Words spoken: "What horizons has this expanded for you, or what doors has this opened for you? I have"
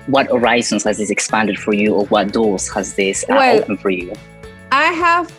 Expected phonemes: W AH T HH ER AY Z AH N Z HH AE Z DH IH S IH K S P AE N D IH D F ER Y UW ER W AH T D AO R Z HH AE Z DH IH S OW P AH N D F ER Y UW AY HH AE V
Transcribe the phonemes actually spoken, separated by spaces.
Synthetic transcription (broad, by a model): W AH T HH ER AY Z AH N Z HH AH Z DH IH S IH K S P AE N D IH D F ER Y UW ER W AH T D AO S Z HH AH Z DH IH S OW AH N F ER Y UW AY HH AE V